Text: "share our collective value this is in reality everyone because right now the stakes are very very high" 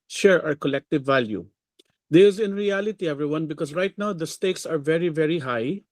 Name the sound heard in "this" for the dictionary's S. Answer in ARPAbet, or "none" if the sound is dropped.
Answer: none